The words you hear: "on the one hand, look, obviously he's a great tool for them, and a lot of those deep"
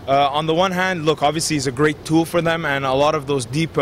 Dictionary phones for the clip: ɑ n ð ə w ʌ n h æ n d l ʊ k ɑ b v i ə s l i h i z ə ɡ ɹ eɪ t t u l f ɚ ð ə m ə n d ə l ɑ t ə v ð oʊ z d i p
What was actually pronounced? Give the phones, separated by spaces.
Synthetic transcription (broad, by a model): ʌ n ð ə w ʌ n h æ n d l ʊ k ɑ b v i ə s l i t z ə ɡ ɹ eɪ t t u l f ɚ ð ə m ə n ə l ɑ t ə v ð oʊ z d i p